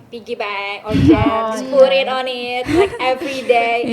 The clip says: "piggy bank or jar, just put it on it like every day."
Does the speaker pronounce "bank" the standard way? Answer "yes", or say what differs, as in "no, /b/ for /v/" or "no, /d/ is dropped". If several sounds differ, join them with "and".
no, /ŋ/ is dropped